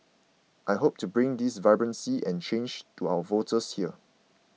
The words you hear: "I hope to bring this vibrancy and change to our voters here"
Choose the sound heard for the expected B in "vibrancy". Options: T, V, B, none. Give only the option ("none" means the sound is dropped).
B